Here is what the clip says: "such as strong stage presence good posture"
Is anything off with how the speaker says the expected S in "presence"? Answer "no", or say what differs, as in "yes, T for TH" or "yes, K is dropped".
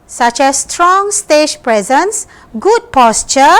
no